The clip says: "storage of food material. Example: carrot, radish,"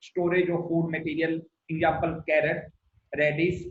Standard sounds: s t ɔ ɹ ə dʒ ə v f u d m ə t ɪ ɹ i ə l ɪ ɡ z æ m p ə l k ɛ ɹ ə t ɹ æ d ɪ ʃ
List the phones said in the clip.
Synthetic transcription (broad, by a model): s t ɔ ɹ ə dʒ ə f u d m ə t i ɹ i ə l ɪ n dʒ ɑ p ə l k ɛ ɹ ə t ɹ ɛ d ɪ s